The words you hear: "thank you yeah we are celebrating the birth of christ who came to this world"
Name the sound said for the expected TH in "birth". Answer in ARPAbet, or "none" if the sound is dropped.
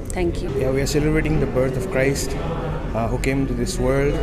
T